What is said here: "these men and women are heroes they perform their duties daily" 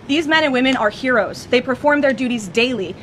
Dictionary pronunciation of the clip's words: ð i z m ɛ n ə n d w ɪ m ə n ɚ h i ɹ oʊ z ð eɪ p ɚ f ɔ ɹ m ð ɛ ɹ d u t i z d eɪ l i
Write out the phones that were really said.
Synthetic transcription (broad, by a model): ð i z m ɛ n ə n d w ɪ m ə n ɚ h i ɹ oʊ z ð eɪ p ɚ f ɔ ɹ m ð ɛ ɹ d u t i z d eɪ l i